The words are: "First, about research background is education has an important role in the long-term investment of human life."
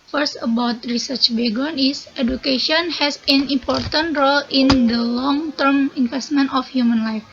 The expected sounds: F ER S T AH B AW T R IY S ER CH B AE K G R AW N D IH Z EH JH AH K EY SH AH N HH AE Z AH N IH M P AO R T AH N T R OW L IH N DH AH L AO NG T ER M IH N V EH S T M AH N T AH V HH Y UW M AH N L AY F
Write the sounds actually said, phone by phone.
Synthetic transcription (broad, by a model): F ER S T AH B AW T R IY S ER CH B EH G AO N IH S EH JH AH K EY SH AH N HH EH S AH N IH M P AO R T AH N T R OW L IH N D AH L AO NG T ER M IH N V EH S T M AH N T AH F HH Y UW M AH N L AY F